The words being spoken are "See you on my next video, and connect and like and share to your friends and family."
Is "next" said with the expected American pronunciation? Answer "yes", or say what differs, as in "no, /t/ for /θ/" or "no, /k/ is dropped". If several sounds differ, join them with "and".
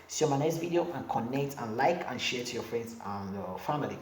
no, /k/ is dropped